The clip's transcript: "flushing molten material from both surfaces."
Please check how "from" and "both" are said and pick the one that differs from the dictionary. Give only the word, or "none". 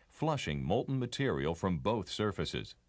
none